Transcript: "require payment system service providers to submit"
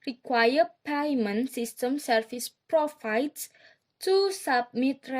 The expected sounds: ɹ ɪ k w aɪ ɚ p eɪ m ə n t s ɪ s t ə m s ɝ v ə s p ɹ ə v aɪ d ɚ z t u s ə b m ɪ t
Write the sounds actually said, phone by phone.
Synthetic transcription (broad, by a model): ɹ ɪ k w aɪ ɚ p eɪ m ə n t s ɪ s t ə m s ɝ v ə s p ɹ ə f aɪ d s t u s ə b m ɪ t